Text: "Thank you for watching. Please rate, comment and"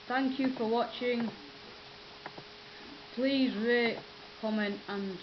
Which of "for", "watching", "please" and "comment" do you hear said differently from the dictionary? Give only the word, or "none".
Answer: none